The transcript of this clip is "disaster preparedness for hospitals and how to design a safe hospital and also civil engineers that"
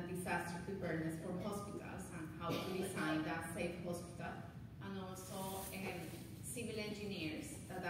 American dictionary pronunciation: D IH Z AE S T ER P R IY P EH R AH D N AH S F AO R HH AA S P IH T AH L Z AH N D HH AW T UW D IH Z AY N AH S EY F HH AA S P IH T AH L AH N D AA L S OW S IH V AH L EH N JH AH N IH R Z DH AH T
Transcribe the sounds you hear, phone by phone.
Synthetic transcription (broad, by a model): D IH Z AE S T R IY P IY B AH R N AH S F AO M HH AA S P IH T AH L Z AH N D HH AW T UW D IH S AY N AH S EY F HH AA S P IH T AH L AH N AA L S OW S IH V AH L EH N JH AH N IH R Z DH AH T